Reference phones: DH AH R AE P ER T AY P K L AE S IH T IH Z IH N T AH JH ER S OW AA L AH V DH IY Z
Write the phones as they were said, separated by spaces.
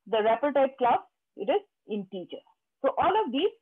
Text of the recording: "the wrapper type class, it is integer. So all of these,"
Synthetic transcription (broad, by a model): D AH R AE P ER T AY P K L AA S IH T IH Z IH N T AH CH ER S OW AA L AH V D IY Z